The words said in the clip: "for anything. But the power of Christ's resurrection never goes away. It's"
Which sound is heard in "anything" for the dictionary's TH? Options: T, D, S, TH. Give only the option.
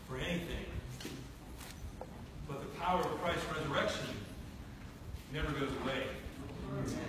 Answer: TH